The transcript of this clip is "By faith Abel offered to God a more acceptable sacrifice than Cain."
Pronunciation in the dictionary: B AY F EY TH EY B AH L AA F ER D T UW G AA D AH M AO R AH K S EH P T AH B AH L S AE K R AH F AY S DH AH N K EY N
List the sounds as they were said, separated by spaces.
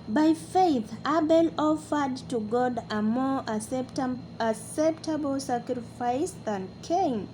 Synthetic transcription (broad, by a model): B AY F EY TH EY B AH L AA F ER D T UW G AA D AH M AO R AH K S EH P T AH B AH L S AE K R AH F AY S DH AH N K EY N